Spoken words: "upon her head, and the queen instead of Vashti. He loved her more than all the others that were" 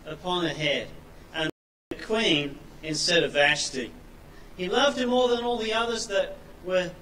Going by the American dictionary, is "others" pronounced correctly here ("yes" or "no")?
yes